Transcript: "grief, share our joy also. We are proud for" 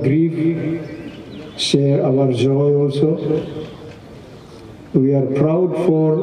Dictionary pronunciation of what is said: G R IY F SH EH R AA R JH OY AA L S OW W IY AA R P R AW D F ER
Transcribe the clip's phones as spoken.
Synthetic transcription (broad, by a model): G R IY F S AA W AA R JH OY AA L S OW W IY AA R P R AW D F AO